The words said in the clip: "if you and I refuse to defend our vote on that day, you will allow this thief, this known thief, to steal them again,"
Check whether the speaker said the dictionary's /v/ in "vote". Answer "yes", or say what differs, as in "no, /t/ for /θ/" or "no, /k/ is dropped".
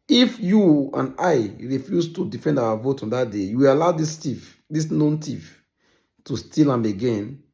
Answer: yes